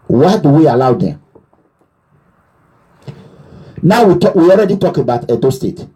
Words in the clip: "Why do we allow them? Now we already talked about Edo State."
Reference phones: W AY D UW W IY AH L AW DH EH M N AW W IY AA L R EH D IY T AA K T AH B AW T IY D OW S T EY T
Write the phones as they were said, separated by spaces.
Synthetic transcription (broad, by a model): W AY D UW W IY AH L AW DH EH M N AW W IY AA L R EH D IY T AA K AH B AW T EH D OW S T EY T